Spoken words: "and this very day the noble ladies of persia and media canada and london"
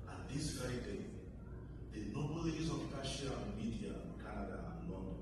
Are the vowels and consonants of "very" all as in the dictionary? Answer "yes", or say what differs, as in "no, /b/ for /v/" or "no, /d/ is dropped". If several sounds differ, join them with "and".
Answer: no, /ɹ/ is dropped